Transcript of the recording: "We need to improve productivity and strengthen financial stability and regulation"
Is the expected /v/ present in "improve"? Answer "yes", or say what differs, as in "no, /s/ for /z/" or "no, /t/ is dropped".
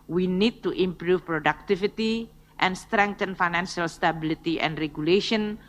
no, /f/ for /v/